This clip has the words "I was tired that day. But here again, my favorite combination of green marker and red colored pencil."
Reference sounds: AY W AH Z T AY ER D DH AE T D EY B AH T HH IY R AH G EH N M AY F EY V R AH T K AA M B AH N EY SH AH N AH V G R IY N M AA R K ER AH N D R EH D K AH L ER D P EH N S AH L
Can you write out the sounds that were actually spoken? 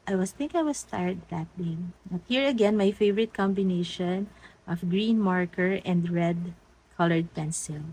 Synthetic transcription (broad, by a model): AY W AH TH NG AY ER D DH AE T D EY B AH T HH IY R AH G EH N M AY F EY V R AH T K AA M B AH N EY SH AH N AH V G R IY N M AA R K ER AH N D R EH D K AH L ER D P EH N S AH L